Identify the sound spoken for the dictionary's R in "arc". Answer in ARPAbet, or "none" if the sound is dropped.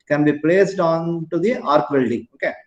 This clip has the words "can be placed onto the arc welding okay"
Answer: R